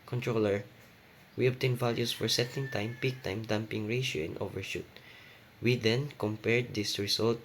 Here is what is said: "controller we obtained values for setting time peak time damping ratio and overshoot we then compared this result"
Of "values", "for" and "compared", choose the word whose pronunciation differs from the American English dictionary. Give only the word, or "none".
values